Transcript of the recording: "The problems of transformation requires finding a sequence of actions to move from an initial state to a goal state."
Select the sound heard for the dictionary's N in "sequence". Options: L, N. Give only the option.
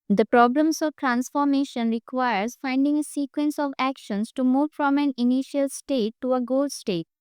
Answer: N